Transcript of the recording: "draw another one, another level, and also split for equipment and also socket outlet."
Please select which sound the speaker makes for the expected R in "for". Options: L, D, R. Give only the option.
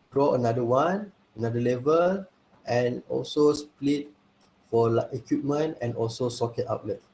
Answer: L